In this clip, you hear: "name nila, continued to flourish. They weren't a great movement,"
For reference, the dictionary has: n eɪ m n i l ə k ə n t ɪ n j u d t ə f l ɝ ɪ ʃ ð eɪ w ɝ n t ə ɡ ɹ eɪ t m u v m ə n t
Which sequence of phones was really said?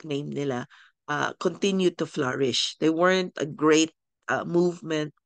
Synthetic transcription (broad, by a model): n eɪ m n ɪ l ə k ə n t ɪ n j u d t ə f l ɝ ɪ ʃ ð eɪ w ɝ n t ə ɡ ɹ eɪ t m u v m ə n t